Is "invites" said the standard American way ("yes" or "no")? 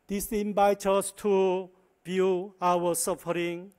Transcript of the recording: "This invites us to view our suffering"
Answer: no